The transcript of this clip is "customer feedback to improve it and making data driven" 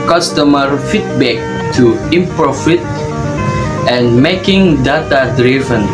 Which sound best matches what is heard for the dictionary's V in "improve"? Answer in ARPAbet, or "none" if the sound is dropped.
F